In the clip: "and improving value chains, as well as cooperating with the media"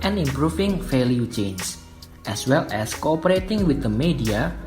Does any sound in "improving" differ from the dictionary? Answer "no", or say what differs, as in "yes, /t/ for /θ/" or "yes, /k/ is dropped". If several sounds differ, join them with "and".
yes, /f/ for /v/